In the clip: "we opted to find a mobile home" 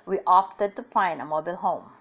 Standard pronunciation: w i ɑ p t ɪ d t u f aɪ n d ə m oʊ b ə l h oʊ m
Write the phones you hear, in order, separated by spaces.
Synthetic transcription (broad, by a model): w i ɑ p t ɪ d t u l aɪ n ə m oʊ b ə l h oʊ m